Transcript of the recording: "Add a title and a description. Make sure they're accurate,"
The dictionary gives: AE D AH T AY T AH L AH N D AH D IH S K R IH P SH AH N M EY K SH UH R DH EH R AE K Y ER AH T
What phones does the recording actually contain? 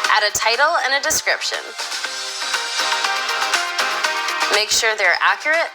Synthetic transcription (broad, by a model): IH D AH T AY T L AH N AH D IH S K R IH P SH AH N M EY K SH UH R DH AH R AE K Y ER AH T